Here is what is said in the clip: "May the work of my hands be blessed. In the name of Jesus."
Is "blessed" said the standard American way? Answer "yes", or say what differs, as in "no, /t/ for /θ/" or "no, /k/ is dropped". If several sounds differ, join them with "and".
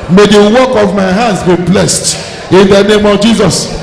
yes